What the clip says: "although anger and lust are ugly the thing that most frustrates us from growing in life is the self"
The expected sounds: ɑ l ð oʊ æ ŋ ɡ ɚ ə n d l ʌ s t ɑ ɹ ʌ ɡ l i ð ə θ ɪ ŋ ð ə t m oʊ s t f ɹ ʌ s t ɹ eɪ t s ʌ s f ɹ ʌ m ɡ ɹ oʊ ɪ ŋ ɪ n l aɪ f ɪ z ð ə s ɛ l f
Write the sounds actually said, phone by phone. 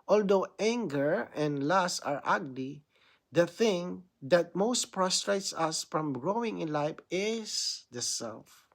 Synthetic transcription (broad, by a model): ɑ l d oʊ æ ŋ ɡ ɚ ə n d l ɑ s ɑ ɹ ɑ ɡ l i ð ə θ ɪ ŋ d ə t m oʊ s t p ɹ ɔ s t ɹ eɪ t s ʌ s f ɹ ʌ m ɡ ɹ oʊ ɪ ŋ ɪ n l aɪ f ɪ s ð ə s ɛ l f